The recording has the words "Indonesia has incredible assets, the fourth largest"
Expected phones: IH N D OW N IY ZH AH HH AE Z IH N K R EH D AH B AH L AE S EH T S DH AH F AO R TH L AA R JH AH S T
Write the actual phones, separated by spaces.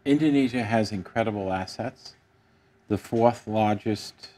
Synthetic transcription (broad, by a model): IH N D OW N IY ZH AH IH Z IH N K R EH D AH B L AE S EH T S DH AH F AO R TH L AA R JH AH S T